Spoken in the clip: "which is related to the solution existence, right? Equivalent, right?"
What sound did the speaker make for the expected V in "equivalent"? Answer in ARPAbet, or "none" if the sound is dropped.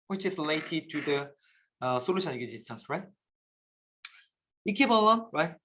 P